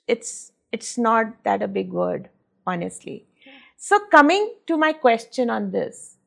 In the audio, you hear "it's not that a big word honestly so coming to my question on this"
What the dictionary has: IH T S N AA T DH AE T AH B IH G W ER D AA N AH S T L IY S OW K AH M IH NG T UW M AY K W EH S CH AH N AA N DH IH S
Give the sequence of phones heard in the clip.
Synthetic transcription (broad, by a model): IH T S N AA T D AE T AH B IH G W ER D AA N AH S T L IY S OW K AH M IH NG T UW M AY K W EH S CH AH N AA N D IH S